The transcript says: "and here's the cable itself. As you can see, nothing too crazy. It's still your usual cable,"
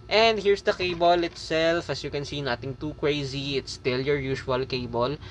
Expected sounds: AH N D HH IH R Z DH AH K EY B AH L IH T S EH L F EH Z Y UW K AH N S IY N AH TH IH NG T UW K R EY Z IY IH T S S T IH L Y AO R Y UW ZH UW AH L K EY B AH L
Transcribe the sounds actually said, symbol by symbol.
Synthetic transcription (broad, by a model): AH N D HH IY R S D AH K EY B AH L IH T S EH L F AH S Y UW K AH N S IY N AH T IH NG T UW K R EY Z IY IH T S S T IH L Y AO R Y UW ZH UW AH L K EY B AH L